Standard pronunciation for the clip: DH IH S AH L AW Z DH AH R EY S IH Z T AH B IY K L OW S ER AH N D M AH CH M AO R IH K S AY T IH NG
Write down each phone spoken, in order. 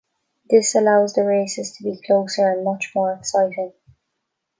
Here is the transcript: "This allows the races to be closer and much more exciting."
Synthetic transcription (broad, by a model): DH IH S AH L AW Z DH AH R EY S IH Z T AH B IY K L OW S ER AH N M AH CH M AO R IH K S AY T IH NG